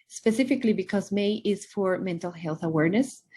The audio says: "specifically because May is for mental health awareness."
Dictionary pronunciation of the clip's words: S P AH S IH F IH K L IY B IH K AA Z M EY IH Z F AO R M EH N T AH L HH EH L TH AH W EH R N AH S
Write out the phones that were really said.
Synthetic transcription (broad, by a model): S P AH S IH F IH K L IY B IH K AA Z M EY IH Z F AO R M EH N T AH L HH EH L TH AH W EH R N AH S